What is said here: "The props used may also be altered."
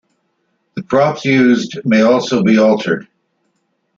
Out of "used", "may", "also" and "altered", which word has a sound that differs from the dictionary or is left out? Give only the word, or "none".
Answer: none